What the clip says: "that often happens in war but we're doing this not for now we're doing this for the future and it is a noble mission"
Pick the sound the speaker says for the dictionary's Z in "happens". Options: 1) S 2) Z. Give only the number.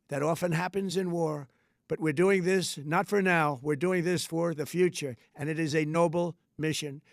2